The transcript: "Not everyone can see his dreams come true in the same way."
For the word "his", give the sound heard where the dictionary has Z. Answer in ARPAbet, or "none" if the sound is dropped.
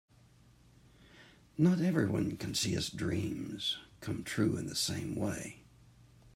S